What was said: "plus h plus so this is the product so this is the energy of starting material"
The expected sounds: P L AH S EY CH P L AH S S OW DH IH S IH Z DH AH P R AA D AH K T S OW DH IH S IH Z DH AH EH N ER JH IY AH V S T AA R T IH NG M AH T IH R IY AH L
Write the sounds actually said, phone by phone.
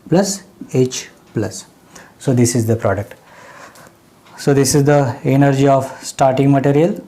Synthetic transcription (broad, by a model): P L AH S EY CH P L AH S S OW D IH S IH Z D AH P R AA D AH K T S OW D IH S IH Z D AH EH N ER JH IY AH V S T AA R T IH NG M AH T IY R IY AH L